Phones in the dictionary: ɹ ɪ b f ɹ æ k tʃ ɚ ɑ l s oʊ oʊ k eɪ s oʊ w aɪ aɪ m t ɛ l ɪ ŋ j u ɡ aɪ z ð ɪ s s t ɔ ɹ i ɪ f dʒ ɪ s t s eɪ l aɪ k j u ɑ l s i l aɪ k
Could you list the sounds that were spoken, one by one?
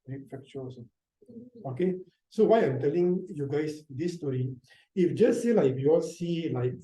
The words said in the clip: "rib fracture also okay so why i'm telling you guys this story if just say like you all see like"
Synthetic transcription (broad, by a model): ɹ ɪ f ɛ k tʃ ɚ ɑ s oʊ oʊ k eɪ s oʊ w aɪ aɪ m t ɛ l ɪ ŋ j u ɡ aɪ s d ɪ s s t ɔ ɹ i ɪ f dʒ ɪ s s eɪ l aɪ k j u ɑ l s i l aɪ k